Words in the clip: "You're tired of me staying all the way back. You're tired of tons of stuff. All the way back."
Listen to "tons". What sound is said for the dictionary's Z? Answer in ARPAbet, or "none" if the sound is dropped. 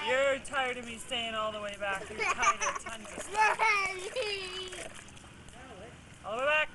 none